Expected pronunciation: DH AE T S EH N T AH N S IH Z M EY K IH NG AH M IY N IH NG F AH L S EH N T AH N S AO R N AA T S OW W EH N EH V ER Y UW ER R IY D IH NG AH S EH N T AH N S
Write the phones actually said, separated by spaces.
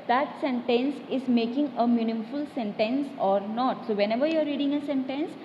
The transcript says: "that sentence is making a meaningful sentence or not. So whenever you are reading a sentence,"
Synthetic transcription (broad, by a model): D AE T S EH N T AH N S IH Z M EY K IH NG AH M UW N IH F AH L S EH N T AH N S AO R N AA T S OW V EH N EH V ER Y UW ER R IY D IH NG AH S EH N T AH N S